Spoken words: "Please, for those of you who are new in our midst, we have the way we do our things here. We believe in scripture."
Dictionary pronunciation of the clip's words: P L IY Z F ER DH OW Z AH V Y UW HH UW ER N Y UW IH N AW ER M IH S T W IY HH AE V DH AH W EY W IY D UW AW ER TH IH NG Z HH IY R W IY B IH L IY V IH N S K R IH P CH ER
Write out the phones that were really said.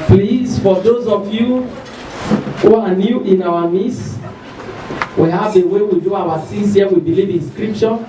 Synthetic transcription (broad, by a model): P L IY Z F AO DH OW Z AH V Y UW HH UW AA N Y UW IH N AW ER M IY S W IY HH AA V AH W EY W IY D UW AW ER S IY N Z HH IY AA W IY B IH L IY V IH N S K R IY P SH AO